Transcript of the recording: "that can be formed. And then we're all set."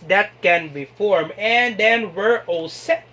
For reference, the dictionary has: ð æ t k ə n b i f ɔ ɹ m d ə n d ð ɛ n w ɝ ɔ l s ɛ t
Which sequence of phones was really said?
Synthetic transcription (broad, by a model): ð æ t k ə n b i f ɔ ɹ m ə n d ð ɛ n w ɝ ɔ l s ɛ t